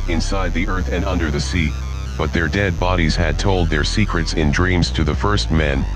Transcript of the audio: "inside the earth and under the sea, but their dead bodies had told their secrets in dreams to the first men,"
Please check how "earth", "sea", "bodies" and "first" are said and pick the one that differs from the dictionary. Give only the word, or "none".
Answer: none